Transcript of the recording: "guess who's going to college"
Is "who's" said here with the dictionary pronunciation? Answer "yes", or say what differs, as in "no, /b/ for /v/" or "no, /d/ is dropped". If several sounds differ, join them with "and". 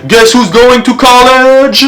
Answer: yes